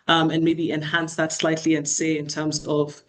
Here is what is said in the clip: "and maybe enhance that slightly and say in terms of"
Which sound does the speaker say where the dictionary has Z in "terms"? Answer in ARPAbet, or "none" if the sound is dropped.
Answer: Z